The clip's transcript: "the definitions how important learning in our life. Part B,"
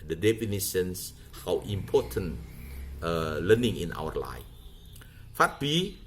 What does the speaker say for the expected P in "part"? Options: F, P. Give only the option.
F